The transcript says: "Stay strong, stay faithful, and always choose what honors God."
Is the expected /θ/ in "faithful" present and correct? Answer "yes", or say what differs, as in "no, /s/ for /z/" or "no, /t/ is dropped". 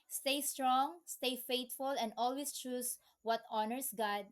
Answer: no, /t/ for /θ/